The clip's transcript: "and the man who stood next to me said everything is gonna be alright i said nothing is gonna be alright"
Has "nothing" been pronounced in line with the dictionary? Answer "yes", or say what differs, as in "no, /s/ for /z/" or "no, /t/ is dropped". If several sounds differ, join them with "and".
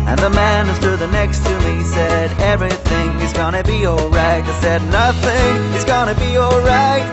yes